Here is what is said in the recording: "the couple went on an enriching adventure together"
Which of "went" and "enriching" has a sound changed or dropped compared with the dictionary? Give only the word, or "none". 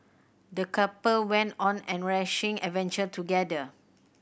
enriching